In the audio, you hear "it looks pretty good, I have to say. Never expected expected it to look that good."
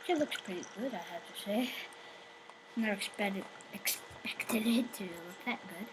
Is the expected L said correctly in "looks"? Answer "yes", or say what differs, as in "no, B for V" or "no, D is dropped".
yes